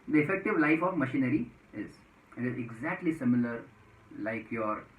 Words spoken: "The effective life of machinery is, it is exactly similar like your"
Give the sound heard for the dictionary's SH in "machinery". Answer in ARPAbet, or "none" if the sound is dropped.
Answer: SH